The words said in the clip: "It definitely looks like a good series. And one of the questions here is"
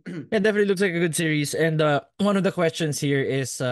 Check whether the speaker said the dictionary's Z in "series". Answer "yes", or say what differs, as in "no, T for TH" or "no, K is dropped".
no, S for Z